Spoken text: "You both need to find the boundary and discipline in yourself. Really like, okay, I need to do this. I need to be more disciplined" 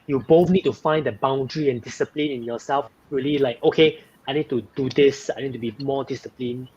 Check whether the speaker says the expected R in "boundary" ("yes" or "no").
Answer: yes